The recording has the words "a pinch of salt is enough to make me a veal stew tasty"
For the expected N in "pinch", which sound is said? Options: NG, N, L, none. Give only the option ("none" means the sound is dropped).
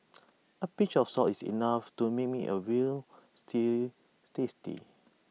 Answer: none